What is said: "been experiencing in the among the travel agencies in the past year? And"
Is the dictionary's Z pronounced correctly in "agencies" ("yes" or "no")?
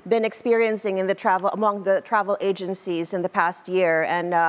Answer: yes